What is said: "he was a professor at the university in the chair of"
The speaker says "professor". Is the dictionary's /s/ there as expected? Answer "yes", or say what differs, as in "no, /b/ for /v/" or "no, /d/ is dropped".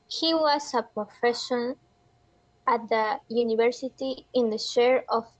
no, /ʃ/ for /s/